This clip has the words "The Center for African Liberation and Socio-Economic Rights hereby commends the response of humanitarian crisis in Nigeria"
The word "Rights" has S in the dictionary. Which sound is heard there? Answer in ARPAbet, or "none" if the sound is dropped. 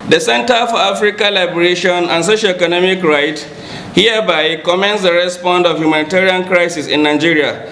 none